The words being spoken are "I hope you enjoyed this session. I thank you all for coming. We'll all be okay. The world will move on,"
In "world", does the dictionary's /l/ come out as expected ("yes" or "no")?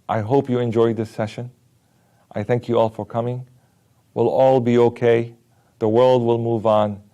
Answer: yes